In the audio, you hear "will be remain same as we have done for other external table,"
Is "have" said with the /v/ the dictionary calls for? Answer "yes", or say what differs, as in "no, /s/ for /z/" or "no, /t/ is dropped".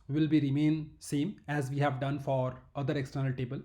yes